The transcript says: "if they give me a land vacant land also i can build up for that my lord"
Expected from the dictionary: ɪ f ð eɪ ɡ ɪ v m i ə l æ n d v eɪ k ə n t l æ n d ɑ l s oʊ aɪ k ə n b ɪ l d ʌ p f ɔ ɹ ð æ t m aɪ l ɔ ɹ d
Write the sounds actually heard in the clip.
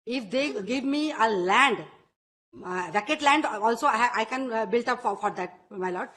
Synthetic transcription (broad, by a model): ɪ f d eɪ ɡ ɪ v m i ə l æ n d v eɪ k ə t l æ n d ɑ l s oʊ aɪ k ə n b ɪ l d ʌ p f ɔ ɹ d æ t m aɪ l ɔ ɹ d